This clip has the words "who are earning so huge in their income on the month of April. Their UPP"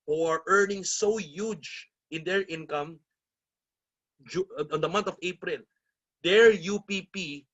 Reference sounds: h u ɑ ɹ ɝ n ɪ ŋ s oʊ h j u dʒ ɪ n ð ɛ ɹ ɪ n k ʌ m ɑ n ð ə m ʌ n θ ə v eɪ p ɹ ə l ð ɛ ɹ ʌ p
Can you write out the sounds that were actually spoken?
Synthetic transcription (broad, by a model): h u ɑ ɹ ɝ n ɪ ŋ s oʊ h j u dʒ ɪ n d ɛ ɹ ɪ n k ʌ m ɑ n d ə m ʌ n t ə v eɪ p ɹ ə l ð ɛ ɹ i p